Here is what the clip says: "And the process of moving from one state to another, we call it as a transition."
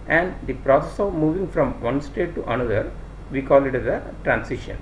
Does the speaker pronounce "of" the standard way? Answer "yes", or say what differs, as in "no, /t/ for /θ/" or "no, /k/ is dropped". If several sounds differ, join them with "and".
yes